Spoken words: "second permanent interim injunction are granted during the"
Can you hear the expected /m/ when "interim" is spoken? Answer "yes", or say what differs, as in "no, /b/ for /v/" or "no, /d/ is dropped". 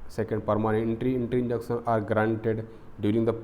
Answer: no, /m/ is dropped